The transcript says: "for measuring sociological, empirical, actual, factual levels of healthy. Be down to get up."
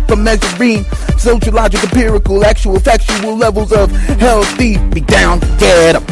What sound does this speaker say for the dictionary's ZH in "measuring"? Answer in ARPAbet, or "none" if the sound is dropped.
Z